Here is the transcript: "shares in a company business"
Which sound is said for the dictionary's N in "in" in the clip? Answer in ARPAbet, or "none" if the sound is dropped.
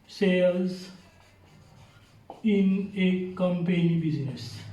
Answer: N